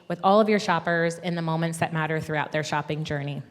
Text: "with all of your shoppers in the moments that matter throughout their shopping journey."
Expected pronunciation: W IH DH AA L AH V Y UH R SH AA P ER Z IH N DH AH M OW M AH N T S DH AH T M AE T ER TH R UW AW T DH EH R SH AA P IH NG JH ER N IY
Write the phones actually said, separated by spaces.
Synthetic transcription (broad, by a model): W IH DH AA L AH V Y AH R SH AA P ER Z IH N DH AH M OW M AH N T S DH AH T M AE T ER TH R UW AW T DH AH R SH AA P IH NG JH ER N IY